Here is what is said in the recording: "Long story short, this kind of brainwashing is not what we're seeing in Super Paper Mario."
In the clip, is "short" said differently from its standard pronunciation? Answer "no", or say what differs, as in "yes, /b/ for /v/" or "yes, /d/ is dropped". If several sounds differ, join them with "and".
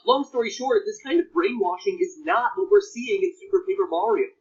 no